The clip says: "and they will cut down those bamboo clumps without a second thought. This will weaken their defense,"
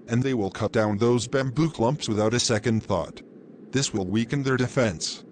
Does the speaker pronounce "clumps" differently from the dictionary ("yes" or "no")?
no